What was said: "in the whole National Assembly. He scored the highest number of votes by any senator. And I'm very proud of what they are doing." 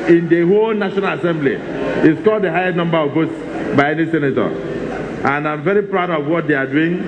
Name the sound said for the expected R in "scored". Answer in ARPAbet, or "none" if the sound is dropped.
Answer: L